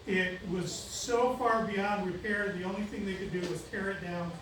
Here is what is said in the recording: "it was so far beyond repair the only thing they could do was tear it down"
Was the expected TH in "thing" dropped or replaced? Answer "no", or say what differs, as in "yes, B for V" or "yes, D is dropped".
no